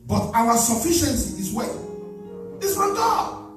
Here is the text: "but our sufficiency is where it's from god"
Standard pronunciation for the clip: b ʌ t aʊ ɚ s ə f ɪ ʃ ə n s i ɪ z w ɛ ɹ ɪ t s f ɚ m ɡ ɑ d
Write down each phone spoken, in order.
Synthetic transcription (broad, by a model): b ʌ t aʊ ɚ s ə f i ʃ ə n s i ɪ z w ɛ l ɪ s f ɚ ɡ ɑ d